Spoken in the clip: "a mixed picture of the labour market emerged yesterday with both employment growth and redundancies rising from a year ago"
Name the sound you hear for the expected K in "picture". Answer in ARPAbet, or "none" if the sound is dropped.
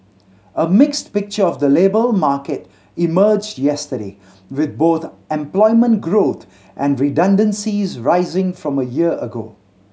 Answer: K